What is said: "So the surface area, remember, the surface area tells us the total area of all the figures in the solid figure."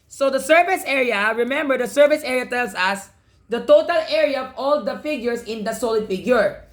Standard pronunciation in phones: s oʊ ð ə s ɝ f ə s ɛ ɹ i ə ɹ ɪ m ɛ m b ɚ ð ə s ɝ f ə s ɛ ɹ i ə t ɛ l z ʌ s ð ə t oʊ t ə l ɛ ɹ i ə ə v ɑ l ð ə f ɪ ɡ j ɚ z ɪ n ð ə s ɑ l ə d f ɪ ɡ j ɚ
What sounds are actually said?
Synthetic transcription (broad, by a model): s oʊ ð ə s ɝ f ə s ɛ ɹ i ə ɹ ɪ m ɛ m b ɚ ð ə s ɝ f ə s ɛ ɹ i ə t ɛ l s ʌ s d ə t oʊ t ə l ɛ ɹ i ə ə v ɑ l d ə f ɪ ɡ j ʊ s ɪ n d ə s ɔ l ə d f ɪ ɡ j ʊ